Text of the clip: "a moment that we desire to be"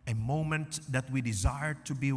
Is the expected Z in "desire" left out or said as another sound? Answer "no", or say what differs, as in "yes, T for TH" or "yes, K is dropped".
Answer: no